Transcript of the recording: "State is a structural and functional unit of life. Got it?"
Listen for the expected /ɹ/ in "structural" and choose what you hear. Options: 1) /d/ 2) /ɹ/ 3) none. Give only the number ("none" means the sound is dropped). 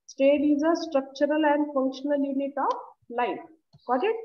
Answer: 2